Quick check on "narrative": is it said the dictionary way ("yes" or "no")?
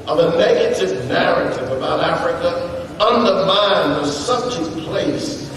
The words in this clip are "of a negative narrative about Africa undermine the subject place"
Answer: yes